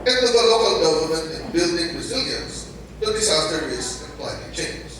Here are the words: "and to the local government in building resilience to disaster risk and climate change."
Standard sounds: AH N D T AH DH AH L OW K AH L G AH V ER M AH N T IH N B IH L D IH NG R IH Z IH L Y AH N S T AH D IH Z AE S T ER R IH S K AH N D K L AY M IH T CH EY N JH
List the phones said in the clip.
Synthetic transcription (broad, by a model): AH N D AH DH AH L OW K AH L G AH V ER M AH N T IH N B IH L D IH NG R IH Z IH L Y AH N S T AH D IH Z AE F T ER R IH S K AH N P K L AY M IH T CH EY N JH